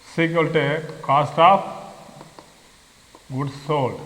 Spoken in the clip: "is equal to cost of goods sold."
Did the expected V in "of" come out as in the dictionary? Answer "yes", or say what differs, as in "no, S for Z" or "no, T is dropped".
no, P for V